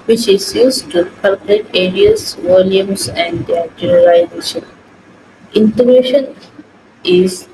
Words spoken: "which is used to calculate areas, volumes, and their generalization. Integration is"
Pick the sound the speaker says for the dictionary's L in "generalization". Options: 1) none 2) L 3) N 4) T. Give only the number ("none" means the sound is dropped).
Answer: 1